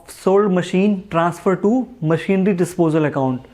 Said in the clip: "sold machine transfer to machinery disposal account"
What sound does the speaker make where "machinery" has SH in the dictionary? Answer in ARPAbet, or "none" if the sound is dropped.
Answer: SH